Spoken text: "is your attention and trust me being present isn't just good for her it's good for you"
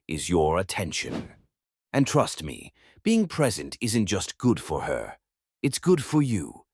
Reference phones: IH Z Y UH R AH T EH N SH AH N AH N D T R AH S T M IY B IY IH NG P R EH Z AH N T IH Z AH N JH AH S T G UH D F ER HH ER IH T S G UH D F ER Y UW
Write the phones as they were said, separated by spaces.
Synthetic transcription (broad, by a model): IH Z Y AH R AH T EH N SH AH N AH N T R AH S T M IY B IY IH NG P R EH Z AH N T IH Z AH N JH AH S T G UH D F ER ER IH T S G UH D F ER Y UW